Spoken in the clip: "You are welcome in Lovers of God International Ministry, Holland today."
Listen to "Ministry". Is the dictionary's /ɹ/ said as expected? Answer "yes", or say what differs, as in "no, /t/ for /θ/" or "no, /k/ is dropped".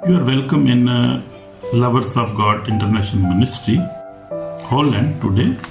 yes